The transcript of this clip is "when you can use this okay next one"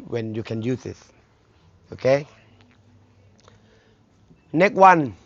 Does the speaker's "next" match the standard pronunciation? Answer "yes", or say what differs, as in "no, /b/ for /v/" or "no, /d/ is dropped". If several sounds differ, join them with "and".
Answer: no, /s/ is dropped